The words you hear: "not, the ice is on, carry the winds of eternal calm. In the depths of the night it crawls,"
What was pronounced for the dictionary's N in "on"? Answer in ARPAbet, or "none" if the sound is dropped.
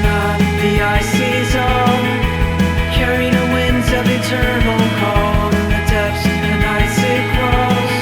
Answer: L